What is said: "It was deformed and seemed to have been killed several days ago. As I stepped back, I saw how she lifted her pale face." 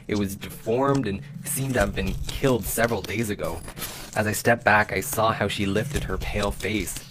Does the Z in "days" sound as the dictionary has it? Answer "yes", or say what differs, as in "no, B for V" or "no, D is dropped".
yes